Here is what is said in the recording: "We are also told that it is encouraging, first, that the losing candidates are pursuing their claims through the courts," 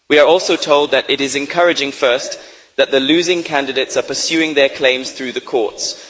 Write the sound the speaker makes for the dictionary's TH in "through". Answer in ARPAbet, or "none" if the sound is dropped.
TH